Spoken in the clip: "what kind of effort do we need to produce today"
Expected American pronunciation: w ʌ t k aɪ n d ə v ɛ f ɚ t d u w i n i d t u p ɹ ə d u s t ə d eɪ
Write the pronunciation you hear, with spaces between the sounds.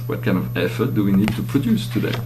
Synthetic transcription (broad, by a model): w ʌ t k aɪ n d ə v ɛ f ɚ t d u w i n i d t u p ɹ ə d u s t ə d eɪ